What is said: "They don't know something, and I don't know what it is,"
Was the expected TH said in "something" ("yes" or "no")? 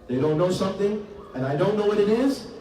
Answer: yes